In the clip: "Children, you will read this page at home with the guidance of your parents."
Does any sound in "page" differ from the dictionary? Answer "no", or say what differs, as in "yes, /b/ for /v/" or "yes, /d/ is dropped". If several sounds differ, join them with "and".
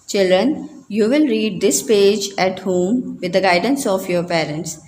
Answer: no